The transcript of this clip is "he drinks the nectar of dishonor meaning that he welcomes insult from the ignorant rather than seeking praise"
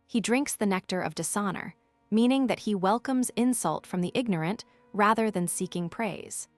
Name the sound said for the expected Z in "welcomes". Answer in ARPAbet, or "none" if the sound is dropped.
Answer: Z